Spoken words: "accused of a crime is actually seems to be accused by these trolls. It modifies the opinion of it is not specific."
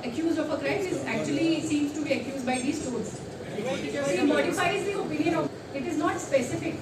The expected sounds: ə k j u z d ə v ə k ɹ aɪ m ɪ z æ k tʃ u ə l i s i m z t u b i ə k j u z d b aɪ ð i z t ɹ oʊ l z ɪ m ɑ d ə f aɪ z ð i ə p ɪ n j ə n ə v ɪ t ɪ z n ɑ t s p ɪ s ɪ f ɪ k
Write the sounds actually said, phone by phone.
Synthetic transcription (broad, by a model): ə k j u z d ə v ə k ɹ aɪ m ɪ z æ k tʃ u ə l i s i m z t u b i ə k j u z d b aɪ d i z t oʊ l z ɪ m ɑ d ə f aɪ z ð i ə p ɪ n j ə n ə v ɪ t ɪ z n ɑ t s p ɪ s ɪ f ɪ k